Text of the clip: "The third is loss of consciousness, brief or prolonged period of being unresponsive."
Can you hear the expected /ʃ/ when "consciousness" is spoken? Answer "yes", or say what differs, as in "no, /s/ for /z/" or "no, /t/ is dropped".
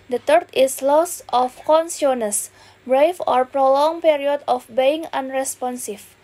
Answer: no, /s/ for /ʃ/